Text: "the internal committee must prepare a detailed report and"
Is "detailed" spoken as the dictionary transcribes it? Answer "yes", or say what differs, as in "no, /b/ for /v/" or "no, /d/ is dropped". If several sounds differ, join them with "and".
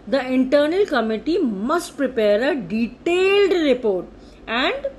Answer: yes